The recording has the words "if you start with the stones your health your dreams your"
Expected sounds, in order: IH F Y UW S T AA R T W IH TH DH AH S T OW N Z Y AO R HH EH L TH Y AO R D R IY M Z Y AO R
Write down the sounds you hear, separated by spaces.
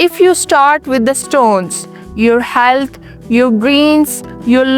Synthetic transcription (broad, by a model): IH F Y UW S T AA R T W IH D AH S T OW N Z Y AO R HH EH L T Y AO R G R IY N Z Y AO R